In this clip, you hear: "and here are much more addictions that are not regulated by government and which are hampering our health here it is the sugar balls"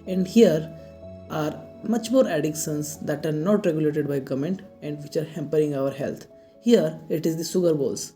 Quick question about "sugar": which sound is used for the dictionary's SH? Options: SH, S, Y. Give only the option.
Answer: S